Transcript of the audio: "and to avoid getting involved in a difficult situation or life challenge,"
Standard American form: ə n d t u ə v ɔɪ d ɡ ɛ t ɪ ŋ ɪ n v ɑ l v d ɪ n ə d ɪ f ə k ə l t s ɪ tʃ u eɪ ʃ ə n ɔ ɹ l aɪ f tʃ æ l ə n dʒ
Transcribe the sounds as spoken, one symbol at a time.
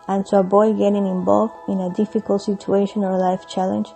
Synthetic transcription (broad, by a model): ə n t u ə b ɔɪ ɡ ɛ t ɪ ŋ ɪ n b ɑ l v ɪ n ə d ɪ f ə k ə l t s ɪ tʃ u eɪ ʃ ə n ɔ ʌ l aɪ f tʃ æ l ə n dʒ